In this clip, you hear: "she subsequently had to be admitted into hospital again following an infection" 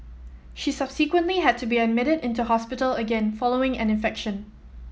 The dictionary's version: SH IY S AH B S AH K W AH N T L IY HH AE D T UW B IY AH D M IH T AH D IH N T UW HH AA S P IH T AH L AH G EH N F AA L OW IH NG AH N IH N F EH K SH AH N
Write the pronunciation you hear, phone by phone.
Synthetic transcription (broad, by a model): SH IY S AH B S AH K W AH N T L IY HH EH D T UW B IY AH D M IH T AH D IH N T UW HH AA S P IH T AH L AH G EH N F AA L OW IH NG AH N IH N F EH K SH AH N